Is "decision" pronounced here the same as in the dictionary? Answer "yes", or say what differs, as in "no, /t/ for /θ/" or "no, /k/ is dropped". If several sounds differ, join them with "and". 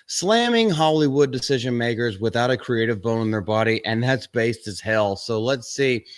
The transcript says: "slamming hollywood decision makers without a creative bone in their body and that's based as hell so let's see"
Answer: yes